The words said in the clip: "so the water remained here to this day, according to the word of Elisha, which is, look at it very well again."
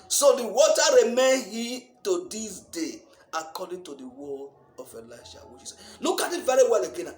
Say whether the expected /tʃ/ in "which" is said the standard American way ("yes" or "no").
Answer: no